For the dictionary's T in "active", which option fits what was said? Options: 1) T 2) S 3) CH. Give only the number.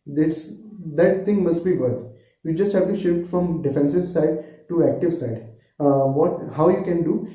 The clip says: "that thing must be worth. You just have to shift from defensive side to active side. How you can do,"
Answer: 1